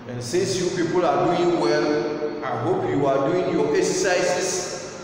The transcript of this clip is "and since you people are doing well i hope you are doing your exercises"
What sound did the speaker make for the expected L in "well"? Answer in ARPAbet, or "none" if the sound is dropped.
L